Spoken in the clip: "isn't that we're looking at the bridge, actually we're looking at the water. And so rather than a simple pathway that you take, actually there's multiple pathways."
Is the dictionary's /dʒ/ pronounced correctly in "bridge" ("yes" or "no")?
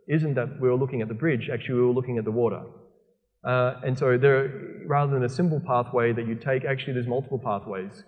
yes